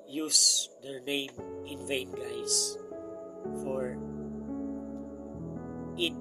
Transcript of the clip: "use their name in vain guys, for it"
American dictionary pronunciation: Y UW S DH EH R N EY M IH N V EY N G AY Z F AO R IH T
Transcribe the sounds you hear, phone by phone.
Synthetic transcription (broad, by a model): Y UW S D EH R N EY M IH N V EY N G AY S F AO R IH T